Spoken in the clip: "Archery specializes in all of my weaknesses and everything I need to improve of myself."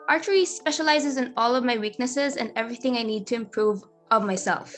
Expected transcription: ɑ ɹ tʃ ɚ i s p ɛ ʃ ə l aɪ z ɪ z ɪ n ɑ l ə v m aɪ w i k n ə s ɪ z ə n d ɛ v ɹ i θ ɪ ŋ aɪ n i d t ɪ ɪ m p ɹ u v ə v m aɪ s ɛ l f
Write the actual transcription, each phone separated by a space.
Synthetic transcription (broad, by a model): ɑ ɹ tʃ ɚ i s p ɛ ʃ ə l aɪ z ɪ z ɪ n ɑ l ə v m aɪ w i k n ə s ɪ z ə n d ɛ v ɹ i θ ɪ ŋ aɪ n i d t ɪ ɪ m p ɹ u v ə v m aɪ s ɛ l f